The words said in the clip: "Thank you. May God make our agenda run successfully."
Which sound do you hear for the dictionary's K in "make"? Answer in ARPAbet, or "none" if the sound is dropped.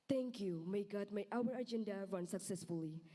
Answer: none